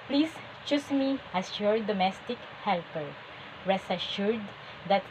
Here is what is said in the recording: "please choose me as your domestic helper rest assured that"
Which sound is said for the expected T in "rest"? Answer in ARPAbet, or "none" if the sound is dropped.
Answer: none